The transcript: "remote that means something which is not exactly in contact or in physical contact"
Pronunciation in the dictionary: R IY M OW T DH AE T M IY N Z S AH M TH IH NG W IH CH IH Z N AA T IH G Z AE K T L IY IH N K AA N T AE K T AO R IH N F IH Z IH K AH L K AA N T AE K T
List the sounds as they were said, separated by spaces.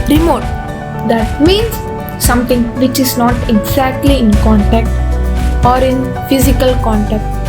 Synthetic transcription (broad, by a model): R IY M OW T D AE T M IY N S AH M T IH NG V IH CH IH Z N AA T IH G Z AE K T L IY IH N K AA N T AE K T AO R IH N F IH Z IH K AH L K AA N T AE K T